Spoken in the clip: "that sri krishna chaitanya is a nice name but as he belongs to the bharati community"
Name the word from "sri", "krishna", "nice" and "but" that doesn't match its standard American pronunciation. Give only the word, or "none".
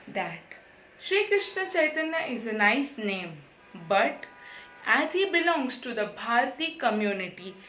none